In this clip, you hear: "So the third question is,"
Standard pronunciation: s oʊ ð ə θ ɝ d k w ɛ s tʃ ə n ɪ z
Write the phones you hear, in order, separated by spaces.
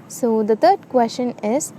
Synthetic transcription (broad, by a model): s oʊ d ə t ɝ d k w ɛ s ʃ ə n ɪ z